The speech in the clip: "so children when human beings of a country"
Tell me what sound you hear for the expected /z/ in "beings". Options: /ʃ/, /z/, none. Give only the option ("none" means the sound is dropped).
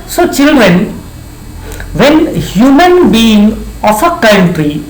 none